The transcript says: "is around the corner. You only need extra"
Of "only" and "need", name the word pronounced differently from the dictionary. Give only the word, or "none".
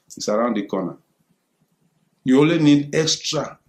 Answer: only